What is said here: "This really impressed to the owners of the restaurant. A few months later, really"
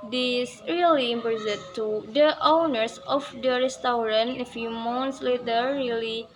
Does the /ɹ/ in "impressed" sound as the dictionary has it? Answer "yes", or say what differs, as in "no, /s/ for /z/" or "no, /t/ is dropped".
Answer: no, /ɹ/ is dropped